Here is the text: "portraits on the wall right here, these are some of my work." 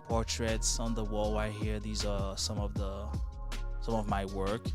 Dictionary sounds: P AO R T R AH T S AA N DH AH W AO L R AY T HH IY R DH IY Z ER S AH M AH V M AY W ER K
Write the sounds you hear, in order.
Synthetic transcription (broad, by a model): P AO R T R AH T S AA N DH AH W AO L W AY HH IY R DH IY Z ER S AH M AH V M AY W ER K